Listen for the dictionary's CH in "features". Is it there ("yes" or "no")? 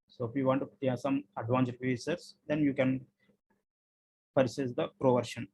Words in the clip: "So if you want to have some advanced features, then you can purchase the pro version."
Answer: no